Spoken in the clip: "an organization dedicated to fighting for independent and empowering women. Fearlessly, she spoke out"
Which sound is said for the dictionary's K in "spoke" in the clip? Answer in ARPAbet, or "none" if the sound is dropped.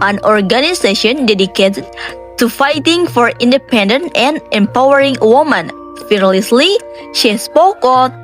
K